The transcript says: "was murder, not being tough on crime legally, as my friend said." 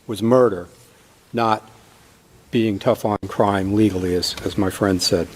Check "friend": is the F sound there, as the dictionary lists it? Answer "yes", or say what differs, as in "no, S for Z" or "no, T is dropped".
yes